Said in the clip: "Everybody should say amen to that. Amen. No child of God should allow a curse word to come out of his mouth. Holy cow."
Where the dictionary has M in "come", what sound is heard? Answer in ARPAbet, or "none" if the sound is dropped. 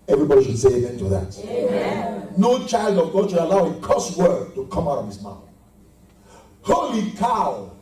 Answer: M